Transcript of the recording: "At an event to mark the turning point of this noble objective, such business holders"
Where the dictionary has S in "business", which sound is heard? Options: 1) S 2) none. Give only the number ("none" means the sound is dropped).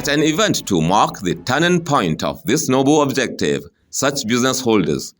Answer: 1